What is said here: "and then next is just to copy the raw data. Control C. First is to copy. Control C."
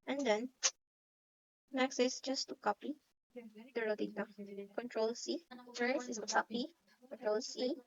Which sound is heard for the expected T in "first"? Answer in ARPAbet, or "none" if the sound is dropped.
none